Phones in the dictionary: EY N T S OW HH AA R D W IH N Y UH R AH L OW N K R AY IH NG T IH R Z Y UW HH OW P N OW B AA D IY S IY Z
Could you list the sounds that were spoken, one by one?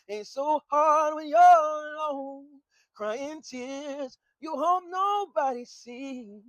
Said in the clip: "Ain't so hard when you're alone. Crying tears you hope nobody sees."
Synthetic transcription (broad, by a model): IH N S OW HH AA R D W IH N Y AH N OW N K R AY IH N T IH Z Y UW HH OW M N OW B AA D IY S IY